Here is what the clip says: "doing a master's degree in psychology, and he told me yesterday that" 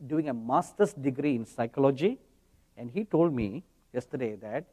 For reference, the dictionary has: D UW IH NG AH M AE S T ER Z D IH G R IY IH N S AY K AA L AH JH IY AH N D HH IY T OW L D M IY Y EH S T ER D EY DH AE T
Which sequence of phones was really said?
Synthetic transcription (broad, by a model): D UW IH NG AH M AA S T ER S D IH G R IY IH N S AY K AA L AH JH IY AH N D HH IY T OW L D M IY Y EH S T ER D EY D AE T